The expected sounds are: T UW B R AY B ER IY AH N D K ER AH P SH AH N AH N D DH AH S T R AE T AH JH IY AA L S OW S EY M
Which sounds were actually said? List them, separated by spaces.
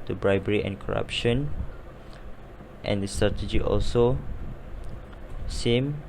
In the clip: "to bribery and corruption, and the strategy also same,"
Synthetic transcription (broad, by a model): T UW B R AY B ER IY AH N K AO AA P SH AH N AH N D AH S T R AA T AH JH IY AA L S OW S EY M